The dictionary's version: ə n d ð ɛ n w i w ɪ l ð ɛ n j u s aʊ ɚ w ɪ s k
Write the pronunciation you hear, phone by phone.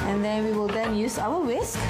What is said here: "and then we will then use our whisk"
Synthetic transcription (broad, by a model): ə n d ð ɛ n w i w ɪ l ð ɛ n j u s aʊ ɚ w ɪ s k